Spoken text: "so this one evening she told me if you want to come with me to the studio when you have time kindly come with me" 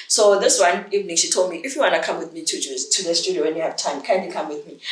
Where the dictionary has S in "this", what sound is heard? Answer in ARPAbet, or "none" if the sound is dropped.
S